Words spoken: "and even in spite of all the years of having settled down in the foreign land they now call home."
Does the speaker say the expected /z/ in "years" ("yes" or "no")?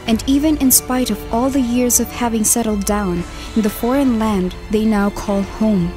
yes